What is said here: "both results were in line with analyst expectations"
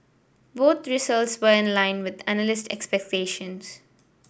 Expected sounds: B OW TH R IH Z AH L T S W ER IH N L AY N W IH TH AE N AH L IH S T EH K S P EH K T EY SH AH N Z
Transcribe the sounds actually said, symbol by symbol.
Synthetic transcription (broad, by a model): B OW T R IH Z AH L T S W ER IH N L AY N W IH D AE N AH L IH S T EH K S P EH K T EY SH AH N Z